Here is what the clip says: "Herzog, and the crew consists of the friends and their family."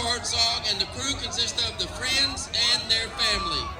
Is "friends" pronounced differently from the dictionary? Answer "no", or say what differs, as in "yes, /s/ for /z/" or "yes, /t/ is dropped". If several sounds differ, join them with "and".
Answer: no